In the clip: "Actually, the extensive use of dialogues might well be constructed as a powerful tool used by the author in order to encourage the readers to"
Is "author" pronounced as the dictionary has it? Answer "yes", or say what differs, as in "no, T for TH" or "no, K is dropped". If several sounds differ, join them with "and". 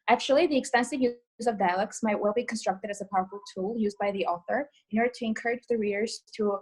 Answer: yes